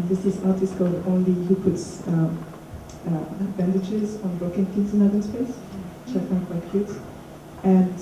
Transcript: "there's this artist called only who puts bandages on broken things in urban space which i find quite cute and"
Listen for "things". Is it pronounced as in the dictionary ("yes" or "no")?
no